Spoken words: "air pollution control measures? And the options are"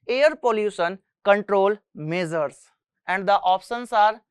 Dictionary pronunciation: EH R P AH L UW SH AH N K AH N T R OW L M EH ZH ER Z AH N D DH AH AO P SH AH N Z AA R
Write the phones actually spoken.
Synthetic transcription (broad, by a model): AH R P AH L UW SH AH N K AH N T R OW L M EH Z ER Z AH N D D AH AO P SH AH N S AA R